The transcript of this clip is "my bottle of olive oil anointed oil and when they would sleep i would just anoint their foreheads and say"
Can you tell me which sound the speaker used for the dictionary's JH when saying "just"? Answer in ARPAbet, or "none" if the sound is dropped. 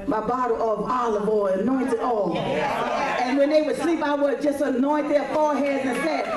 JH